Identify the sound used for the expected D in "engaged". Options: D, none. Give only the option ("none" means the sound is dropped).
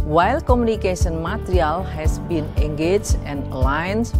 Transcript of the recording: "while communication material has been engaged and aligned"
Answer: none